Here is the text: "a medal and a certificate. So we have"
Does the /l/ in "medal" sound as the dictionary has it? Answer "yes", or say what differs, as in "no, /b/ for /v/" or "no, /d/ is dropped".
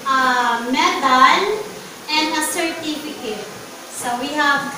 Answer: no, /n/ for /l/